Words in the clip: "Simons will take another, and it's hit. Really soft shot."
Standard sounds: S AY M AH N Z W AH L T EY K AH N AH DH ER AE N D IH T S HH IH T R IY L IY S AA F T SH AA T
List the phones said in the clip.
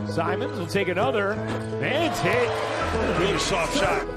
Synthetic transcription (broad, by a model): S AY M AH N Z W AH L T EY K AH N AH DH ER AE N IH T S HH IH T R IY IY SH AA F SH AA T